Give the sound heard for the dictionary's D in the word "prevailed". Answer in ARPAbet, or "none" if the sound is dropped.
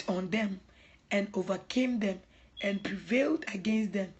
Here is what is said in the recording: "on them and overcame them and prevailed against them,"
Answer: D